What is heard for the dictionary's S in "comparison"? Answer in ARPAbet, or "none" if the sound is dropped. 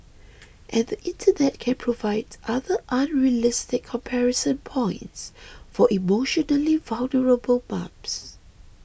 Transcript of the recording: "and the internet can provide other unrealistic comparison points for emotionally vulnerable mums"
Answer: S